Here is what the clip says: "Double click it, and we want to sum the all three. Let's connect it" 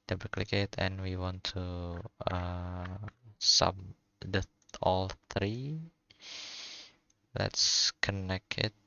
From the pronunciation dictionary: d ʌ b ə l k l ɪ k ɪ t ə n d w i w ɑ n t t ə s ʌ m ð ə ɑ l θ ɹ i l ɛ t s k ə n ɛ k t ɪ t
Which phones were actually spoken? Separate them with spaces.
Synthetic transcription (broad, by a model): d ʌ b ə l k l ɪ k ɪ t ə n w i w ɑ n t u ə s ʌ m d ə ɑ l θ ɹ i l ɛ t s k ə n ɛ k ɪ t